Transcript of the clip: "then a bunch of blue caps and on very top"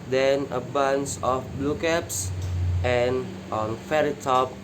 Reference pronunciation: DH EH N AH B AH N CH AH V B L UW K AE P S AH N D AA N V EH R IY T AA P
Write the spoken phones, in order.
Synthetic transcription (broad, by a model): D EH N AH B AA N S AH F B L UW K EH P S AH N AA N F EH R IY T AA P